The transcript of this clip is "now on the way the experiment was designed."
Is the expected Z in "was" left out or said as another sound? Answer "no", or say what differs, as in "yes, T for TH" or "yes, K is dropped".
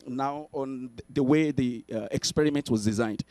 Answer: no